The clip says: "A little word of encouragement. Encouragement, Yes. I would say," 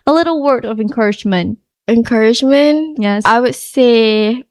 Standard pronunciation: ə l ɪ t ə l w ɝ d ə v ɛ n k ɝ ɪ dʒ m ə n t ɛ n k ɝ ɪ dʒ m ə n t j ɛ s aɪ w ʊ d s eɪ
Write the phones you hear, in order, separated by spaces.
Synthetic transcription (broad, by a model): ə l ɪ t l w ɝ d ə v ɛ n k ɝ ɪ dʒ m ə n t ɛ n k ɝ ɪ dʒ m ə n t j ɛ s aɪ w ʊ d s eɪ